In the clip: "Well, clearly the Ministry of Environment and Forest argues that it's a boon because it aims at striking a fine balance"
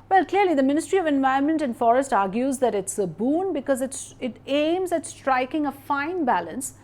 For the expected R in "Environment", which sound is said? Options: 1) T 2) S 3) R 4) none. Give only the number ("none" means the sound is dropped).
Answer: 4